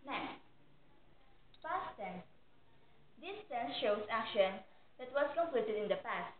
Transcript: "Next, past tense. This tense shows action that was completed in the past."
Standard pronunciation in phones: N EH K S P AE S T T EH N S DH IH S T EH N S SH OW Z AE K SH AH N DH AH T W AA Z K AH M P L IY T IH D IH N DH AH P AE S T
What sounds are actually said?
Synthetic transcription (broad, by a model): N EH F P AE S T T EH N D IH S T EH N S SH OW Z AE K SH AH N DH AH T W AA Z K AH M P L IY T IH D IH N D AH P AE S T